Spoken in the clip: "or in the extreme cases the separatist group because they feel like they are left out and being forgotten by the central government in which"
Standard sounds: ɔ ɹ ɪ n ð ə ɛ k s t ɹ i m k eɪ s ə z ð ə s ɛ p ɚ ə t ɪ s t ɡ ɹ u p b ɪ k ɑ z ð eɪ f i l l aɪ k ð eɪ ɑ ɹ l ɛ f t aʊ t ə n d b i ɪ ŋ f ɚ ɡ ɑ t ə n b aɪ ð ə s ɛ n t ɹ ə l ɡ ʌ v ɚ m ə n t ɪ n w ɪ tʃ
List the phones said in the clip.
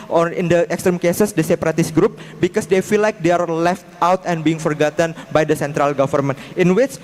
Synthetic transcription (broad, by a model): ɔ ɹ ɪ n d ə ɛ k s t ɹ i m k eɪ s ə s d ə s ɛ p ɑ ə t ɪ s ɡ ɹ u p b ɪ k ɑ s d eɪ f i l l aɪ k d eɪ ɑ ɹ l ɛ f t aʊ t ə n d b i ɪ ŋ f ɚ ɡ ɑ t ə n b aɪ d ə s ɛ n t ɹ ə l ɡ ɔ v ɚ m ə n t ɪ n w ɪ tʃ